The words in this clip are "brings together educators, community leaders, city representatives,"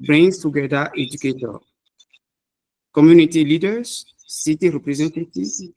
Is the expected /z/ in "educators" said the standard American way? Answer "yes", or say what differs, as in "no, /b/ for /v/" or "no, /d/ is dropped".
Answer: no, /z/ is dropped